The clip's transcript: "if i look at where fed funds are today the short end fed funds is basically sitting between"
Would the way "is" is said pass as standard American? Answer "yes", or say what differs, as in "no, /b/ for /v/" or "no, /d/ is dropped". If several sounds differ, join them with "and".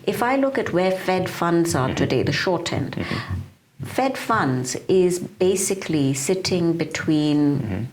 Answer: yes